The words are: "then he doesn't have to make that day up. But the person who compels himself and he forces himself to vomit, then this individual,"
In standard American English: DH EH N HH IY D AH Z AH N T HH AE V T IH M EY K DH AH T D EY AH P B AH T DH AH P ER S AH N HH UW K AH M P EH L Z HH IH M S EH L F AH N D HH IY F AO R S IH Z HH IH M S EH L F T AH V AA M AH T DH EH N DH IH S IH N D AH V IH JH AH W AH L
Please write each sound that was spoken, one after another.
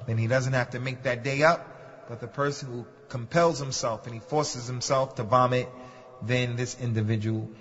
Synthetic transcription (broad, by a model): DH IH N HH IY D AH Z AH N T HH AE F T IH M EY K DH AH T D EY AH P B AH T DH AH P ER S AH N HH UW K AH M P EH L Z HH IH M S EH L F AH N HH IY F AO R S IH Z HH IH M S EH L F T AH V AA M AH T DH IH N DH IH S IH N D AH V IH JH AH W L